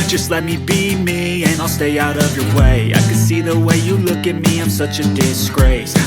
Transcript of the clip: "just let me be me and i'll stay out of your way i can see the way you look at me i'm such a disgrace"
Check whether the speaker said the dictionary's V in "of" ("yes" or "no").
yes